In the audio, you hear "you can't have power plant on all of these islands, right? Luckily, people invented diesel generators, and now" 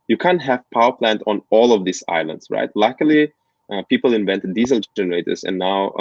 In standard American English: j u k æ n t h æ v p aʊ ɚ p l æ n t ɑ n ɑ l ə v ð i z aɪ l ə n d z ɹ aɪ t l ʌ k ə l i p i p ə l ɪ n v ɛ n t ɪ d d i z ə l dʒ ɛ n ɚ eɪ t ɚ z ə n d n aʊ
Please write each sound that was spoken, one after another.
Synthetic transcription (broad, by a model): j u k æ n t h æ v p aʊ ɚ p l æ n t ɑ n ɑ l ə v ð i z aɪ l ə n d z ɹ aɪ t l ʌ k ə l i p i p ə l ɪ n v ɛ n t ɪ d d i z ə l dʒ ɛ n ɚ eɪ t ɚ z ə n n aʊ